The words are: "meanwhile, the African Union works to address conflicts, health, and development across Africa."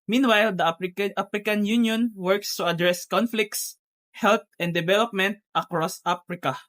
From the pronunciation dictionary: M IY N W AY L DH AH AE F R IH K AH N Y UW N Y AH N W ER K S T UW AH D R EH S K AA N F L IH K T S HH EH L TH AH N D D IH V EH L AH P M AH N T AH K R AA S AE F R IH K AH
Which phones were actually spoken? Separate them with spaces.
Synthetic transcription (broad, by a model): M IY N W AY L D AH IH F R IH K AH N Y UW N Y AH N W ER K S T UW AH D R EH S K AA N F L IH K T S HH EH L T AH N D D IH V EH L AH P M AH N T AH K R AA S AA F R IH K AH